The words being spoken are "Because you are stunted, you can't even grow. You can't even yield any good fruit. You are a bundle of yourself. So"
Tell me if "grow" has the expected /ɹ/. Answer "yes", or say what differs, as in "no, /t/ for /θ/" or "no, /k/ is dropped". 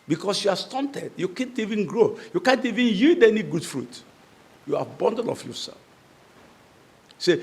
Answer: yes